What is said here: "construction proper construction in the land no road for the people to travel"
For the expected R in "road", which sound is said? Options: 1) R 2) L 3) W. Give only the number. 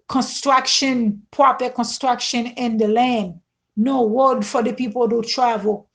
3